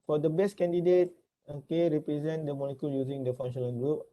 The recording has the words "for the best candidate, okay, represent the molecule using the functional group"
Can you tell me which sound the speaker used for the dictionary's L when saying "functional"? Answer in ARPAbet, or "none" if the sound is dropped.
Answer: N